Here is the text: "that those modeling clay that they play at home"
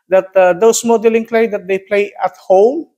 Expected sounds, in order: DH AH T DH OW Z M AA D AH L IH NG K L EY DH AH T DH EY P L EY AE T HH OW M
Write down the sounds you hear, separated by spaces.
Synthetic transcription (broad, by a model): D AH T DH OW S M AA D AH L IH NG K L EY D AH T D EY P L EY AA T HH OW M